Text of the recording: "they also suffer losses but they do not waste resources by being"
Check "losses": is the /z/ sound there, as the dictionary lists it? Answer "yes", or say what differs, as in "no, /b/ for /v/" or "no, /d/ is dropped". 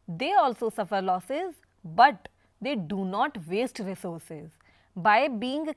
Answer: yes